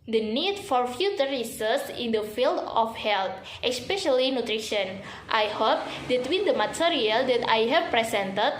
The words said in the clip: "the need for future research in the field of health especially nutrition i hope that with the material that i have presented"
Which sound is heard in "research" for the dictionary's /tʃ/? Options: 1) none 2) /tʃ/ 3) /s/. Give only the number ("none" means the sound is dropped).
3